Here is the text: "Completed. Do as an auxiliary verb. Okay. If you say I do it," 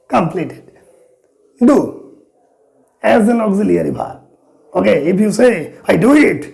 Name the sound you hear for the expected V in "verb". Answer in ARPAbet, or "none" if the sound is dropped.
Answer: P